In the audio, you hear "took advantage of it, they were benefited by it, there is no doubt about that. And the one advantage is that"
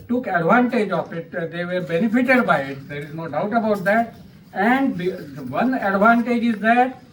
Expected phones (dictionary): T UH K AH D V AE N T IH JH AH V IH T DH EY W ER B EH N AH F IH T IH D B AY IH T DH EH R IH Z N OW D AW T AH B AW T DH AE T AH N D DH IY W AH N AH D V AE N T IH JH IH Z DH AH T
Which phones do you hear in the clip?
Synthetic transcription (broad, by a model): T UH K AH D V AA N T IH JH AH F IH T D EY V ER B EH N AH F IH T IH D B AY IH T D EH R IH Z N OW D AW T AH B AW T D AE T AH N D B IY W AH N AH D V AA N T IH JH IH Z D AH T